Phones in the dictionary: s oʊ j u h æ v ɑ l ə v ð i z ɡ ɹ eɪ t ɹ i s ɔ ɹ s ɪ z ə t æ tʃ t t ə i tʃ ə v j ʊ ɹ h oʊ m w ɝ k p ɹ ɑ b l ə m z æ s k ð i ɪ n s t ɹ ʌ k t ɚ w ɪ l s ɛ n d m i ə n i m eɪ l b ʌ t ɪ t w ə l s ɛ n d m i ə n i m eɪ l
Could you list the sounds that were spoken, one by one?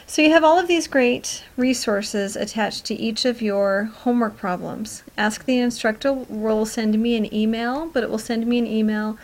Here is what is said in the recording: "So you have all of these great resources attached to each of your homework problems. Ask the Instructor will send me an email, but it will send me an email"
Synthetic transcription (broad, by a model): s oʊ j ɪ v ɑ l ə v ð i z ɡ ɹ eɪ t ɹ i s ɔ ɹ s ɪ z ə t æ tʃ t t i tʃ ə v j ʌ ɹ h oʊ m w ɝ k p ɹ ɑ b l ə m z æ s k ð i ɪ n s t ɹ ʌ k t ɚ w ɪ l s ɛ n d m i ə n i m eɪ l b ʌ t ɪ t w ə l s ɛ n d m i ə n i m eɪ l